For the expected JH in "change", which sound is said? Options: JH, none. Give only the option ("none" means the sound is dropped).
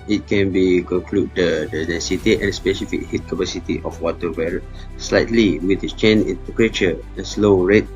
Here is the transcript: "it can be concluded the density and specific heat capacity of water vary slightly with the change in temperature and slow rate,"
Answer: none